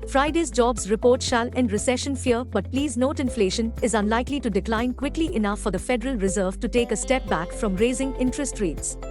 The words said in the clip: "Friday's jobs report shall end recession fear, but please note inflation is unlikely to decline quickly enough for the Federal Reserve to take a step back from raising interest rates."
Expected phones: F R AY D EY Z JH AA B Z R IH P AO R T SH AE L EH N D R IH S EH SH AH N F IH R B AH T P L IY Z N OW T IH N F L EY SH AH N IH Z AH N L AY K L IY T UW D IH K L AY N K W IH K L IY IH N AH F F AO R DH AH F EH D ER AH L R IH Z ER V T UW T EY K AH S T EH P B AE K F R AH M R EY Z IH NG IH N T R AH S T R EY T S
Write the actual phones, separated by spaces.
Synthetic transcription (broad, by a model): F R AY D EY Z JH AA B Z R IH P AO R T SH AE L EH N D R IH S EH SH AH N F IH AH B AH T P L IY Z N OW T IH N F L EY SH AH N IH Z AH N L AY K L IY T UW D IH K L AY N K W IH K L IY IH N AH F F AO R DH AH F EH D ER AH L R IH Z ER V T UW T EY K AH S T EH P B AE K F R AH M R EY Z IH NG IH N T R AH S T R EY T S